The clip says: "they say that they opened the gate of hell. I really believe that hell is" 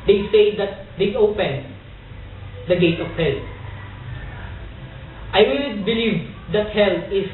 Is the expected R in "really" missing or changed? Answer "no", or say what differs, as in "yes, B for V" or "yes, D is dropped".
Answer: yes, W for R